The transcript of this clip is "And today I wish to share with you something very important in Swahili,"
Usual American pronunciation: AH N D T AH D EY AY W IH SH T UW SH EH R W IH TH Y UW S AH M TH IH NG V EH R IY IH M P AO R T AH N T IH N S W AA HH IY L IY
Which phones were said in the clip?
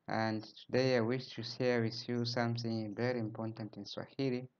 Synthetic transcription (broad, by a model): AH N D T AH D EY AY W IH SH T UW S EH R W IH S Y UW S AH M TH IH NG V EH R IY IH M P AO R T AH N T IH N S W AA HH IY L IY